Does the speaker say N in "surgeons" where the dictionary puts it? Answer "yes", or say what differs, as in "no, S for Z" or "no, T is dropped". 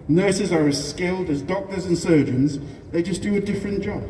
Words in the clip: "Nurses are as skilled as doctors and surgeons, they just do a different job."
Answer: yes